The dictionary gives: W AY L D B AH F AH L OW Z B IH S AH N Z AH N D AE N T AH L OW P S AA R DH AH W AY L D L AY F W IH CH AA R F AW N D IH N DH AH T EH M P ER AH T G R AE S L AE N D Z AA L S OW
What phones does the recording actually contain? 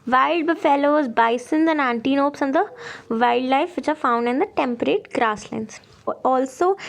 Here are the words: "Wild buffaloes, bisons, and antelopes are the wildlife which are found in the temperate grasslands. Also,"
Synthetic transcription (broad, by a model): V AY L D B AH F AH L OW Z B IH S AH N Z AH N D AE N T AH N OW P S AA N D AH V AY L D L AY F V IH CH AA R F AW N D IH N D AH T EH M P ER AH T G R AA S L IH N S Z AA L S OW